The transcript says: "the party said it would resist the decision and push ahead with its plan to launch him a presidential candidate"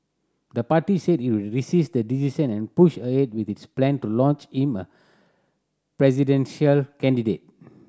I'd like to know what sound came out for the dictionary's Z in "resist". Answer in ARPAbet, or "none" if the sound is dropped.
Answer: S